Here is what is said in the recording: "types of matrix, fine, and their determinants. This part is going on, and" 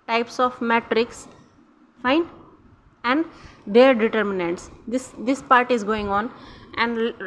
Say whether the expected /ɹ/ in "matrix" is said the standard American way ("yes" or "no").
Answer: yes